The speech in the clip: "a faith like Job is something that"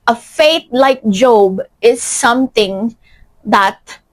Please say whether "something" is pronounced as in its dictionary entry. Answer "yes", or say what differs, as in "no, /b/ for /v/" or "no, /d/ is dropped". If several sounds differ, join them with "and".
no, /t/ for /θ/